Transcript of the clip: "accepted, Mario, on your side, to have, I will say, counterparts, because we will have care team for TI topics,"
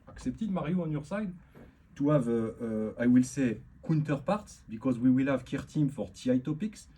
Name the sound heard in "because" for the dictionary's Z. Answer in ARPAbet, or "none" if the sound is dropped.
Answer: Z